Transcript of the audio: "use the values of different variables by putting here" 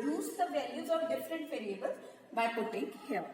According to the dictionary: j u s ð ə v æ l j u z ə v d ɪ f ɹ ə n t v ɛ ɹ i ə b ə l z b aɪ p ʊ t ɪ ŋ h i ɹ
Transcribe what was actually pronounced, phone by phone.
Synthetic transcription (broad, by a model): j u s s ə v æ l j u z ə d d ɪ f ɹ ə n t p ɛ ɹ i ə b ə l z b aɪ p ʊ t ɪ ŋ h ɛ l